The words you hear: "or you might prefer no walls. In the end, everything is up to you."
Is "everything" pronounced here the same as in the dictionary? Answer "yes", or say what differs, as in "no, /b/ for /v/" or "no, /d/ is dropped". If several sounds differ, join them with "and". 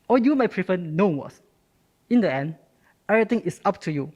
no, /v/ is dropped and /t/ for /θ/